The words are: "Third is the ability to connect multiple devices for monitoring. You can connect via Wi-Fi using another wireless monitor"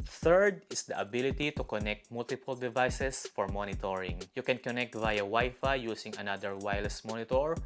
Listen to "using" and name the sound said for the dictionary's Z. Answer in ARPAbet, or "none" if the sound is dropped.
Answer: S